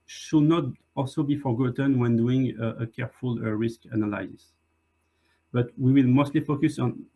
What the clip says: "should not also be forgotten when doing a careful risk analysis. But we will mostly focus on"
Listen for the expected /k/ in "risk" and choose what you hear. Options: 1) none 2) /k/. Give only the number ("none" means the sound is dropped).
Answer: 2